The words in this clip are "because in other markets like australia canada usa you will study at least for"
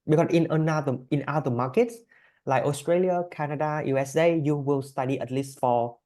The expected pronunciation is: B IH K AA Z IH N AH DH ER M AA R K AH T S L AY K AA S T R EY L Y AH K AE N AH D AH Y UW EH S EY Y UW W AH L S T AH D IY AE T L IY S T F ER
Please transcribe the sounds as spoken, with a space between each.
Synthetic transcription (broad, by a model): B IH K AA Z IH N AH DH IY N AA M K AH T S L AY K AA S T R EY L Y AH K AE N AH D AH Y UW EH S EY Y UW W AH L S T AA D IY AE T L IY S T F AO